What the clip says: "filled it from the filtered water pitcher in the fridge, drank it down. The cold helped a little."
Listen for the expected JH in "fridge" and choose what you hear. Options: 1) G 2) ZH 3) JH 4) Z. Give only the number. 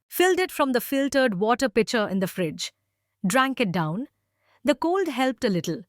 3